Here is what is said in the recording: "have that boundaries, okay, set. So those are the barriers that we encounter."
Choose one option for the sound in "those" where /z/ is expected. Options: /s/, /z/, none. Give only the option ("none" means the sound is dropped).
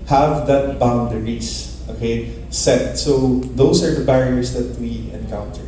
/s/